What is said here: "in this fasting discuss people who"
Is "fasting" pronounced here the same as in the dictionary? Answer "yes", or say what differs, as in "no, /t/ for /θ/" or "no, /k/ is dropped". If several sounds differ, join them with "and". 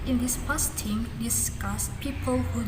no, /p/ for /f/